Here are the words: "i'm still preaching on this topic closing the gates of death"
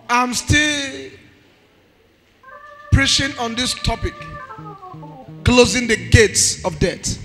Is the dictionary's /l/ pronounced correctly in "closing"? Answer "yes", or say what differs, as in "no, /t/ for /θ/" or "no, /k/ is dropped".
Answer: yes